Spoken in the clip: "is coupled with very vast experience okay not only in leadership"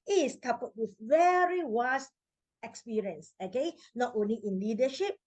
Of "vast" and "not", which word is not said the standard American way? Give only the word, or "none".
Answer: vast